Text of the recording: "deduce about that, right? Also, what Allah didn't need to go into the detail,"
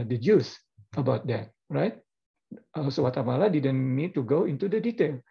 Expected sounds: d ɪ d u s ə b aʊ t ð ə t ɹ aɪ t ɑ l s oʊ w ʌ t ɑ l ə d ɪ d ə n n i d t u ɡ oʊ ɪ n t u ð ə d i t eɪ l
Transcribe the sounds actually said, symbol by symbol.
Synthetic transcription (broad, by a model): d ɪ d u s ə b aʊ t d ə t ɹ aɪ t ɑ s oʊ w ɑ t ɑ l ə d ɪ d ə n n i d t u ɡ oʊ ɪ n t u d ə d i t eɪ l